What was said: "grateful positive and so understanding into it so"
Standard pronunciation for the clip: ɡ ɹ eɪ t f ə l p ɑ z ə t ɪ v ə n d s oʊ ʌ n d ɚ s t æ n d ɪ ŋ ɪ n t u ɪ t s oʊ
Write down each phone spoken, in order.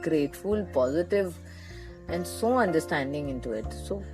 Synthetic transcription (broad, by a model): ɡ ɹ eɪ t f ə l p ɑ z ə t ɪ v ə n d s oʊ ʌ n d ɚ s t æ n d ɪ ŋ ɪ n t u ɪ t s oʊ